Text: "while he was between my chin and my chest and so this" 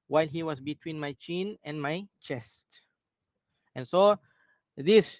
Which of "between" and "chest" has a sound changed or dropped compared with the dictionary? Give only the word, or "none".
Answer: none